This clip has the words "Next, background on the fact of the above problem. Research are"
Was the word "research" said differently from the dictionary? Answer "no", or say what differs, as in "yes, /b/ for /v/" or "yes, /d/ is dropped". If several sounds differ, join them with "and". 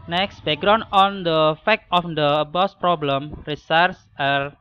yes, /s/ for /tʃ/